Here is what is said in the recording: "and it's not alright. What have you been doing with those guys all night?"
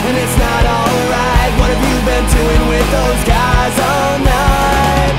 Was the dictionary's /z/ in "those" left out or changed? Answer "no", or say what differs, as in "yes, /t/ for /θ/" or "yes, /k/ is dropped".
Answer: no